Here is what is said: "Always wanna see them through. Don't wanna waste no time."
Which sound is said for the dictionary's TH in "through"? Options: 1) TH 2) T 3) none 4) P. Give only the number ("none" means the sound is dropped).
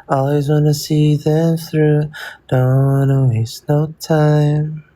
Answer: 1